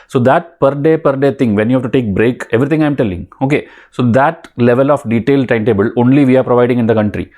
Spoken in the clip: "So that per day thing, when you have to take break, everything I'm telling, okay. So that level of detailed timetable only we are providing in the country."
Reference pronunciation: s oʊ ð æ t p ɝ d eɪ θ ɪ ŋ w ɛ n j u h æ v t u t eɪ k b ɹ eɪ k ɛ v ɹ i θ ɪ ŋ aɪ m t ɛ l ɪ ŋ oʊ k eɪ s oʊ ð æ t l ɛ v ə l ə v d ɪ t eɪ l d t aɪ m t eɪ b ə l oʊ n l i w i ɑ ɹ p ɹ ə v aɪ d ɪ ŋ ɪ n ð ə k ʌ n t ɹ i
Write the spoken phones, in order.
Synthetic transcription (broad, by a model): s oʊ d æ t p ɝ d eɪ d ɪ ŋ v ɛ n j u h æ v t u t eɪ k b ɹ eɪ k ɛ v ɹ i t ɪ ŋ aɪ m t ɛ l ɪ ŋ oʊ k eɪ s oʊ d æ t l ɛ v ə l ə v d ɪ t eɪ l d t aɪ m t eɪ b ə l oʊ n l i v i ɑ ɹ p ɹ ə v aɪ d ɪ ŋ ɪ n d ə k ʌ n t ɹ i